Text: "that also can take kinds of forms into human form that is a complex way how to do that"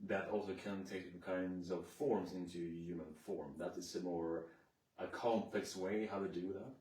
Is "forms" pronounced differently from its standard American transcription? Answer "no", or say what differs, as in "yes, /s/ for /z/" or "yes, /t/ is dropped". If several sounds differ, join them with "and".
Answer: no